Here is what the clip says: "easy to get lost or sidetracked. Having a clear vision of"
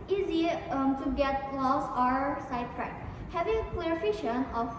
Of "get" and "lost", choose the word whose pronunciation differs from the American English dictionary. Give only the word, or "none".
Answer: lost